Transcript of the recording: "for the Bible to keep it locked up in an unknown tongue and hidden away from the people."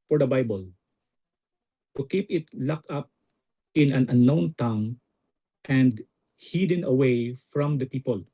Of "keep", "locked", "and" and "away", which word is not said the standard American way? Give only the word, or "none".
locked